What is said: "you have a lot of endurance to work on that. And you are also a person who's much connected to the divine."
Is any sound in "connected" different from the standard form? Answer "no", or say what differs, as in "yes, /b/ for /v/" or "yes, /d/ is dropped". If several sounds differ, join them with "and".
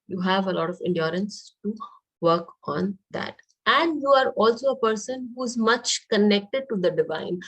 no